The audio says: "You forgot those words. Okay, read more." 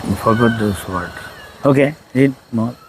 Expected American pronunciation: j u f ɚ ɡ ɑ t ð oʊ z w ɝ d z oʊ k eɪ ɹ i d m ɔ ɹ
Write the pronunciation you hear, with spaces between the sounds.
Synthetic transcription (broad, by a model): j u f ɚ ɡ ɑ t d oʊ s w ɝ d oʊ k eɪ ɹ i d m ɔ